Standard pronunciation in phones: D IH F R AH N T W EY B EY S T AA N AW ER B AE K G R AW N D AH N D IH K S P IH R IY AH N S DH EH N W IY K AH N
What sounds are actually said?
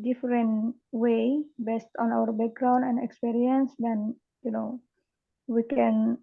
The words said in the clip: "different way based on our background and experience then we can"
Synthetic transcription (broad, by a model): D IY F R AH N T W EY B EY S T AA N AW ER B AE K G R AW N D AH N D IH K S P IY R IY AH N S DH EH N W IY K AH N